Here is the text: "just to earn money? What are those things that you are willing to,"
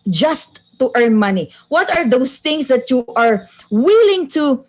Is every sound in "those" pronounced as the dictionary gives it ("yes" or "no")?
no